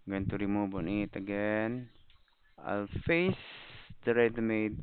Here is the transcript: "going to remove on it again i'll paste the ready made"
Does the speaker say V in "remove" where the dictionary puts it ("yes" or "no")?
no